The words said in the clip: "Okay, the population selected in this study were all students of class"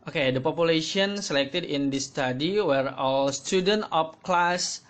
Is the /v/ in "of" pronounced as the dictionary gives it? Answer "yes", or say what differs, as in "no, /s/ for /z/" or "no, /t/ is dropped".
no, /p/ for /v/